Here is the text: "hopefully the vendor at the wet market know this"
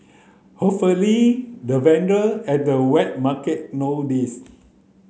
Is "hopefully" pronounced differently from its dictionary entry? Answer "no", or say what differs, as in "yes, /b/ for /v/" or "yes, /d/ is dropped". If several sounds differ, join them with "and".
yes, /p/ is dropped